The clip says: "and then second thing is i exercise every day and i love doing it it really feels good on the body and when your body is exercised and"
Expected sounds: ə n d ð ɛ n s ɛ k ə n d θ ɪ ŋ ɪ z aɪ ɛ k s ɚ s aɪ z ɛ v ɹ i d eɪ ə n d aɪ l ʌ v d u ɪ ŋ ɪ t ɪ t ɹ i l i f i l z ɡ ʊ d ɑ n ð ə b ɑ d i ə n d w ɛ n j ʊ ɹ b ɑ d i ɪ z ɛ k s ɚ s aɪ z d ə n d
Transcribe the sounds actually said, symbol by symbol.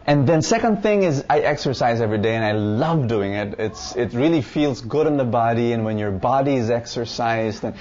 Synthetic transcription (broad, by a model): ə n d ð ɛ n s ɛ k ə n d θ ɪ ŋ ɪ z aɪ ɛ k s ɚ s aɪ z ɛ v ɹ i d eɪ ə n aɪ l ʌ v d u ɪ ŋ ɪ t ɪ t ɹ i l i f i l z ɡ ʊ d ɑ n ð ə b ɑ d i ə n w ɛ n j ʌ ɹ b ɑ d i ɪ z ɛ k s ɚ s aɪ z d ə n